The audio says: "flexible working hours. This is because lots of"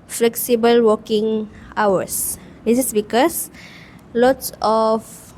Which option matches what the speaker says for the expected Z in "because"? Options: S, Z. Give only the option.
S